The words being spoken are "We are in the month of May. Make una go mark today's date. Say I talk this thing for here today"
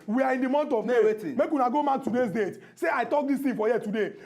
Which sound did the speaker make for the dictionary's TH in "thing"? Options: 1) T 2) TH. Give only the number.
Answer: 1